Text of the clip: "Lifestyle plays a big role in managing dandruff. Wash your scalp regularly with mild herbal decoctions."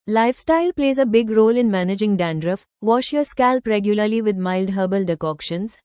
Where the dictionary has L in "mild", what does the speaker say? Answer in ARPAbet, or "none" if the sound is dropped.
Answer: L